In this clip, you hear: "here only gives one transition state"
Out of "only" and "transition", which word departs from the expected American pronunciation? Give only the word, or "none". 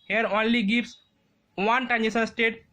transition